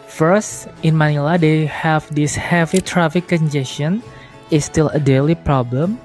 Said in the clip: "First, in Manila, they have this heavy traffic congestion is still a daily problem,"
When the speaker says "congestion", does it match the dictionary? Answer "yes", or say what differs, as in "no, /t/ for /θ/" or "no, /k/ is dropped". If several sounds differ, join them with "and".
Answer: no, /ʃ/ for /tʃ/